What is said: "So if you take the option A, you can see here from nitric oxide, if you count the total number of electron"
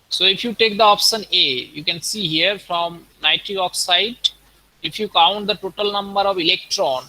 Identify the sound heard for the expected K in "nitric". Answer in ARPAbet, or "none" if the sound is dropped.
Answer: none